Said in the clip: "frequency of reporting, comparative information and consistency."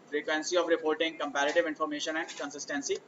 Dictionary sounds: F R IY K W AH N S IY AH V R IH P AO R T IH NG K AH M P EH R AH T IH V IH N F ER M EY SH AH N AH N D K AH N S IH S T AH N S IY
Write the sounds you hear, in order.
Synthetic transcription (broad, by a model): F R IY K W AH N S IY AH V R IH P AO R T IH NG K AH M P EH R AH T IH V IH N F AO M EY SH AH N AH N D K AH N S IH S T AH N S IY